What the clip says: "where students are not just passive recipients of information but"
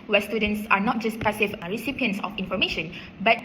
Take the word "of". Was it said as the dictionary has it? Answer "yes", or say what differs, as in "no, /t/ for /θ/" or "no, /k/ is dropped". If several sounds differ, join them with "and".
no, /f/ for /v/